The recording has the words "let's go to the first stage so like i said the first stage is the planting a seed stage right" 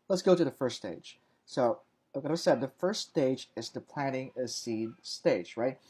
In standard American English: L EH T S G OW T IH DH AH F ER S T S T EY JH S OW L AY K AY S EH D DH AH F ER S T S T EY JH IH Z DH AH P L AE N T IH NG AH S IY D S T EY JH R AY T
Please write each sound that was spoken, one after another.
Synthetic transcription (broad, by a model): L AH T S G OW T IH DH AH F ER S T S T EY JH S OW W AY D AY S EH D DH AH F ER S S T EY JH IH Z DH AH P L AE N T IH NG AH S IY D S T EY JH R AY T